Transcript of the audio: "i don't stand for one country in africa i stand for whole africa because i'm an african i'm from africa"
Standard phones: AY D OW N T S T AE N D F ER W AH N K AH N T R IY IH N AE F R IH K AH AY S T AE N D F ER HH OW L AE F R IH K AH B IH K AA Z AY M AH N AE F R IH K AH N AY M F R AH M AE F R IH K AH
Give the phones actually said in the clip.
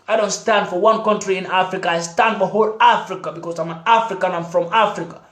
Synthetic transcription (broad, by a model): AY D OW N T S T AE N D F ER W AH N K AH N T R IY IH N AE F R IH K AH AY S T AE N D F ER HH OW L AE F R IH K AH B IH K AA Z AY M AH N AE F R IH K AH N AY M F R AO M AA F R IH K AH